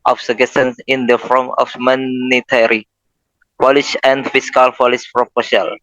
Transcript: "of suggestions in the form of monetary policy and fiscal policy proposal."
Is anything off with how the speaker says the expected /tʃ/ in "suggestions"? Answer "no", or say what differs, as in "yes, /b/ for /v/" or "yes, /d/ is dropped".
yes, /tʃ/ is dropped